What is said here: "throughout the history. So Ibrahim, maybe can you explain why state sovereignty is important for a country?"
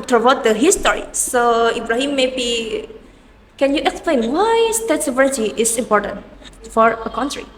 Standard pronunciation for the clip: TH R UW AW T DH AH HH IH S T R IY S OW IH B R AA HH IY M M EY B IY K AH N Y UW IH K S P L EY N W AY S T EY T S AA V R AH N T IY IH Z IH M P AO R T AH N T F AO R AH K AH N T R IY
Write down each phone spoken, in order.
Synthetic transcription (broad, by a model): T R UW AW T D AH HH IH S T R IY S OW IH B R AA HH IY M M EY B IY K AH N Y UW IH K S P L EY N W AY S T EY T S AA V AH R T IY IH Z IH M P AO R T AH N T F AO R AH K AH N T R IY